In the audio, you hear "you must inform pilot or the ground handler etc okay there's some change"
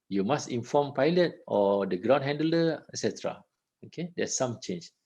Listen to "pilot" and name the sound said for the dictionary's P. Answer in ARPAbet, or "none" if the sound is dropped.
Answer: P